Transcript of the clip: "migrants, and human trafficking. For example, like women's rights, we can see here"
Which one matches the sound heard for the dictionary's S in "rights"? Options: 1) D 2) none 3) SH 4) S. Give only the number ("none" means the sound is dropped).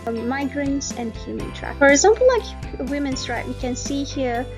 2